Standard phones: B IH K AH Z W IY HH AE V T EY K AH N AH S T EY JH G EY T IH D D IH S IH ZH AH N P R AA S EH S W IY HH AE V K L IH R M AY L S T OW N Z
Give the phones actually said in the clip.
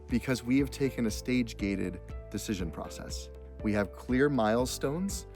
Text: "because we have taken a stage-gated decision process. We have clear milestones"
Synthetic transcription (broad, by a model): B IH K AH Z W IY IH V T EY K AH N AH S T EY JH G EY T IH D D IH S IH ZH AH N P R AA S EH S W IY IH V K L IH R M AY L S T OW N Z